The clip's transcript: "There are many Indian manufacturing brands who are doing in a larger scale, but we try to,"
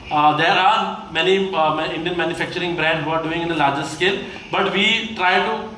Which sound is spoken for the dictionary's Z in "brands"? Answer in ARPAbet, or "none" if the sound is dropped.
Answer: none